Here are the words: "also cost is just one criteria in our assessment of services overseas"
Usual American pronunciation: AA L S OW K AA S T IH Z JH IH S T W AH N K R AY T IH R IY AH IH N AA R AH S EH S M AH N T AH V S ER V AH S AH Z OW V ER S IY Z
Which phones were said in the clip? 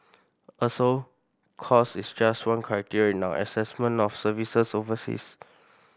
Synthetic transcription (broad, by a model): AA S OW K AA S IH S JH IH S T W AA N K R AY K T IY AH IH N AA W AH S EH S M AH N T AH F S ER V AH S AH S OW V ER S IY S